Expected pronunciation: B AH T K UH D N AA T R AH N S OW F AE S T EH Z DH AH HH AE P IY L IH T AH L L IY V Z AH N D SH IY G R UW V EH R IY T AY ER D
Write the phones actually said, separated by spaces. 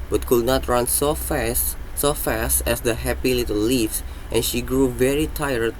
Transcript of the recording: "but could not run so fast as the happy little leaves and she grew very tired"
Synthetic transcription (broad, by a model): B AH T K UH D N AA T R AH N S OW F AE S T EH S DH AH HH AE P IY L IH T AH L L IY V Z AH N SH IY G R UW V EH R IY T AY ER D